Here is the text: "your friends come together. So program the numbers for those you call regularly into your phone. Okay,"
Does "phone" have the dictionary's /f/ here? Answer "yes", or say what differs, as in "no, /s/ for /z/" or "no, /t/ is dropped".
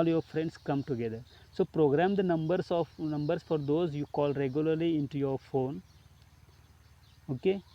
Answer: yes